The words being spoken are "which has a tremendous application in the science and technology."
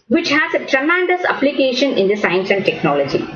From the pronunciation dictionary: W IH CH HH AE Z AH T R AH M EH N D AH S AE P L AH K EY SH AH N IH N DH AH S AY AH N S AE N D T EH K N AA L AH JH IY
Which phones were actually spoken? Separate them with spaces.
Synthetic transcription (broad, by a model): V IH CH HH AE Z AH T R AH M EH N D AH S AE P L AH K EY SH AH N IH N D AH S AY AH N S AE N D T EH K N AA L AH JH IY